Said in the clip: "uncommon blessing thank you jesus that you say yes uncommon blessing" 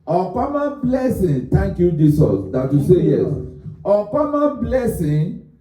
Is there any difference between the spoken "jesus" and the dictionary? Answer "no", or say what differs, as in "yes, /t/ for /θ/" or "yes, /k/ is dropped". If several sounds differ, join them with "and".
yes, /s/ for /z/